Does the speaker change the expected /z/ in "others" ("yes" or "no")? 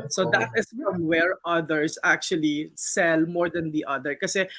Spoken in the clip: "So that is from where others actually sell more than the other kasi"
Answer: yes